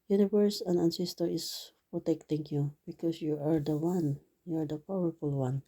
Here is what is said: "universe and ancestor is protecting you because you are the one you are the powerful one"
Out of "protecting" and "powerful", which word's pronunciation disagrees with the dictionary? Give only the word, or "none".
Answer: none